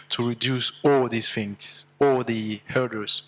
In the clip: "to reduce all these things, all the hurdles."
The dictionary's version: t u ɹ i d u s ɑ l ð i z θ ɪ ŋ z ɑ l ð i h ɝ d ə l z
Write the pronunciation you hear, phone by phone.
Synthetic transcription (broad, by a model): t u ɹ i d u s ɑ l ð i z f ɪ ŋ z ɑ l ð i h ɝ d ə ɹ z